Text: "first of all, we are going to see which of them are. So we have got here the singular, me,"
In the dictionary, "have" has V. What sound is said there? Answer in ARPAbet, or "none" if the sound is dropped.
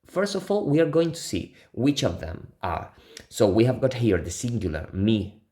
V